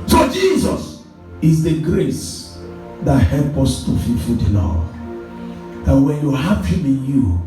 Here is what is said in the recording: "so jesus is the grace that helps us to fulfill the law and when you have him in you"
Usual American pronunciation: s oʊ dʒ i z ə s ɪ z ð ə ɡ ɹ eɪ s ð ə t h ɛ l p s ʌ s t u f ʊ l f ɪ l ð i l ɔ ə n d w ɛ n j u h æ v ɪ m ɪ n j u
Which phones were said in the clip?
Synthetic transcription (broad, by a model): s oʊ dʒ i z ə s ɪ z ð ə ɡ ɹ eɪ s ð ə t h ɛ l p ʌ s t u f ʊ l f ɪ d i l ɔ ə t w ɛ n j u h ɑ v ɪ m ɪ n j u